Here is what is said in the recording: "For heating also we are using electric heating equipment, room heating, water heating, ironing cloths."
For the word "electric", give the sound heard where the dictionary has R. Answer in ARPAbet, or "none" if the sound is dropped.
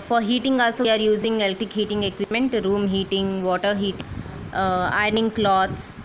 none